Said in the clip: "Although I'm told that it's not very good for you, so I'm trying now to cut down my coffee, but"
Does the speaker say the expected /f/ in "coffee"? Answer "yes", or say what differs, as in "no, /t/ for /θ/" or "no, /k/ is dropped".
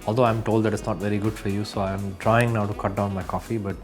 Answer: yes